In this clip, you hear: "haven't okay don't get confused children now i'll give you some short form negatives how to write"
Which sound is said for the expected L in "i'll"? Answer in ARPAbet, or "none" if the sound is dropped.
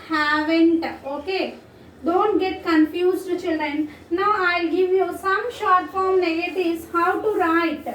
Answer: L